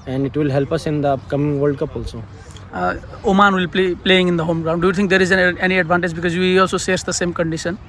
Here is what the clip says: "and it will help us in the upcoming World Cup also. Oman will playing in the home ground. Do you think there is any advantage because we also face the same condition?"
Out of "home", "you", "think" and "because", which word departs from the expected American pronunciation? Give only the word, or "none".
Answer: think